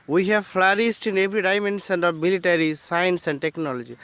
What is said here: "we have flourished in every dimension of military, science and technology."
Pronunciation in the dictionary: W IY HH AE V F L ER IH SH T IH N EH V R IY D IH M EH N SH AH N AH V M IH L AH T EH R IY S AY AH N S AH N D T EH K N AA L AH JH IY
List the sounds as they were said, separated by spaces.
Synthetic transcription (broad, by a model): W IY HH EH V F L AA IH S T IH N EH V R IY D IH M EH N S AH N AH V M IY L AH T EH R IY S AY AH N S AH N D T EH K N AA L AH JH IY